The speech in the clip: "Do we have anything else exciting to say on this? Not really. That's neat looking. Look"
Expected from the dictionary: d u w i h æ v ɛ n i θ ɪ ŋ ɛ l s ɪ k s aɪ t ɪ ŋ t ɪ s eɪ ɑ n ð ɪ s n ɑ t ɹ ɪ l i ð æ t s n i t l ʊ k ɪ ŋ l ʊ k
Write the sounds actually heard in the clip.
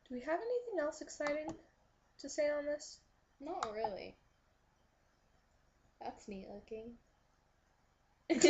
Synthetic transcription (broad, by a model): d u w i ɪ v ɛ n i θ ɪ ŋ ɛ l s ɪ k s aɪ t ɪ ŋ t ɪ s eɪ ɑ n ð ɪ s n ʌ t ɹ ɪ l i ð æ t s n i l ʊ k ɪ ŋ